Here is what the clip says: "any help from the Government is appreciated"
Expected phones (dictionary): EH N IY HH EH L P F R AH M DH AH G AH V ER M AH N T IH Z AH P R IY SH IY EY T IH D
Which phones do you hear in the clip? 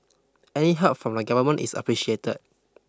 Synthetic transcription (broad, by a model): EH N IY HH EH P F R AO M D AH G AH V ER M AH N T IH S AH P R IY SH IY EY T IH D